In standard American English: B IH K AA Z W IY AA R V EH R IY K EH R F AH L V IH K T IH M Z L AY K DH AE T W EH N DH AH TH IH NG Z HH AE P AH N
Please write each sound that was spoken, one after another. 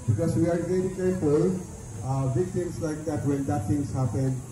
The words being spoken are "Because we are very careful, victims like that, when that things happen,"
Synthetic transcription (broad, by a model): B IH K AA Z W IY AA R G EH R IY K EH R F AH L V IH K T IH M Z L AY K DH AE T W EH N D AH T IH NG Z HH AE P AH N